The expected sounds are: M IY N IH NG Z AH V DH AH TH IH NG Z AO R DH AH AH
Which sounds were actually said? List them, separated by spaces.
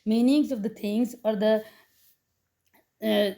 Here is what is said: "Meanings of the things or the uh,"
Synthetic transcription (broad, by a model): M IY N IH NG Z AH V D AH T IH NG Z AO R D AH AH